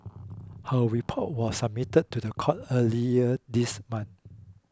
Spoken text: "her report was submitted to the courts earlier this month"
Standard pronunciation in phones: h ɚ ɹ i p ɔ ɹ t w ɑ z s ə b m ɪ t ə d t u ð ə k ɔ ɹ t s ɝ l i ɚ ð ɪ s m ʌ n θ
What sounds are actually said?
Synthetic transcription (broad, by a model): h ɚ ɹ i p ɔ t w ɑ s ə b m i t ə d t u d ə k ɔ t ɝ l i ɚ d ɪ s m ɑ n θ